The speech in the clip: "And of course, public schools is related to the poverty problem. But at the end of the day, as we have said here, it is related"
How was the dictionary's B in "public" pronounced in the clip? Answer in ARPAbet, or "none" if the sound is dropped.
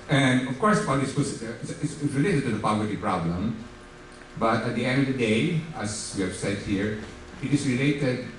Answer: none